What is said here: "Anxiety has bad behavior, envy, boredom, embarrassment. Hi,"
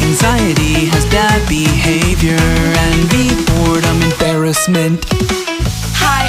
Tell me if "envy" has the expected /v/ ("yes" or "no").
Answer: no